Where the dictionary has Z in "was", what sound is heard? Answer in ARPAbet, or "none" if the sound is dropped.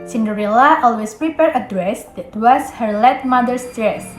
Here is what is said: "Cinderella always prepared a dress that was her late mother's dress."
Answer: S